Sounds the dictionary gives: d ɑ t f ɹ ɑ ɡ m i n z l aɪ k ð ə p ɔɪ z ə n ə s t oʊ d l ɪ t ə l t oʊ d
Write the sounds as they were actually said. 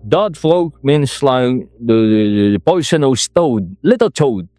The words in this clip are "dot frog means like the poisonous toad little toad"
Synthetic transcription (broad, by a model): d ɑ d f l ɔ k m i n s l aɪ k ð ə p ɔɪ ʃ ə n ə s t oʊ d l ɪ t ə l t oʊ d